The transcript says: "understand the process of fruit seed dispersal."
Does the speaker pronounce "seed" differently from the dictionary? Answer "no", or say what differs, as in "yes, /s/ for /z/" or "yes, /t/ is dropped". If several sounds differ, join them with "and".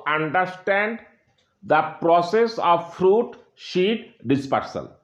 yes, /ʃ/ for /s/